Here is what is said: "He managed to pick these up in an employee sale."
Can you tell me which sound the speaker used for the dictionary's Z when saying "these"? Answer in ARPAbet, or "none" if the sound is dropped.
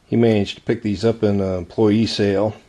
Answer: Z